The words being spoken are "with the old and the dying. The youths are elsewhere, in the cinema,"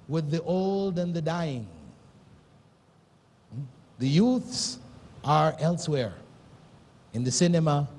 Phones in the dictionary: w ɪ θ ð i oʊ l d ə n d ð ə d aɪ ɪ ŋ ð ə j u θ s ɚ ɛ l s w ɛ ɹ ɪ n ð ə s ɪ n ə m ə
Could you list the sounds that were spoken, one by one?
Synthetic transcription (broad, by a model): w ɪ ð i oʊ l d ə n ð ə d aɪ ɪ ŋ ð ə j u θ s ɚ ɛ l s w ɛ ɹ ɪ n ð ə s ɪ n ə m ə